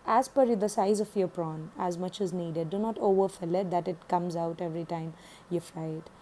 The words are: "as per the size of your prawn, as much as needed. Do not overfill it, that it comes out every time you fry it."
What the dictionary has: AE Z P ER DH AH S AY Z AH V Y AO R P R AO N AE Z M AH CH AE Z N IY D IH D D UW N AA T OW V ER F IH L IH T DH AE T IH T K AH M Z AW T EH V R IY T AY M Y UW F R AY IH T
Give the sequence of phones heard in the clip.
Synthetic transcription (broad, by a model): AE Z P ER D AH S AY Z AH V Y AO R P R AO N AE Z M AH CH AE Z N IY D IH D D UW N AA T OW V ER F IH L IH T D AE T IH T K AH M Z AW T EH V R IY T AY M Y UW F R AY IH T